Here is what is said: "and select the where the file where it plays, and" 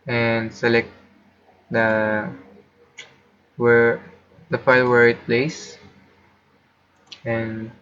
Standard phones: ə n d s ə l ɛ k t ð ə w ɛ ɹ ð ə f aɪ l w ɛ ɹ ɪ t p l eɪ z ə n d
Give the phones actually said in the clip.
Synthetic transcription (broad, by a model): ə n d s ə l ɛ k t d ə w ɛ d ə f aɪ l w ɛ ɹ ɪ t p l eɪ s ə n